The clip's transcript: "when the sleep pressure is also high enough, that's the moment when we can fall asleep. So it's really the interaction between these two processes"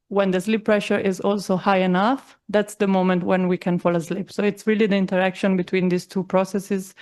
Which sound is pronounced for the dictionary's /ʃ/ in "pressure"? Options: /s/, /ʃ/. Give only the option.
/ʃ/